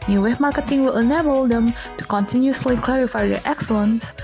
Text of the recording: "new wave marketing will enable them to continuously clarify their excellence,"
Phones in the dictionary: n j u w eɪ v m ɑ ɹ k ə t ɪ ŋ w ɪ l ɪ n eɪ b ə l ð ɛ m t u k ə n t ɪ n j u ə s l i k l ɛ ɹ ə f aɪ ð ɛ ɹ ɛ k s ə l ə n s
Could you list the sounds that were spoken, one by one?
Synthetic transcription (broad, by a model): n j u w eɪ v m ɑ ɹ k ə t ɪ ŋ w ɪ l ɪ n eɪ b ə l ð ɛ m t u k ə n t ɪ n j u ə s l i k l ɛ ɹ ə f aɪ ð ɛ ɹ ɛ k s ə l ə n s